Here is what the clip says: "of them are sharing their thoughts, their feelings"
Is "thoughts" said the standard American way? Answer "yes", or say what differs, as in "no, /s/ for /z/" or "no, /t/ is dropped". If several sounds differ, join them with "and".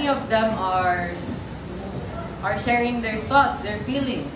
no, /t/ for /θ/